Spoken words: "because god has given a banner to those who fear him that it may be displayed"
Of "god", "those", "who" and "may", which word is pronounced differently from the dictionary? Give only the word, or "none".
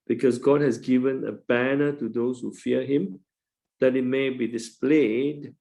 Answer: those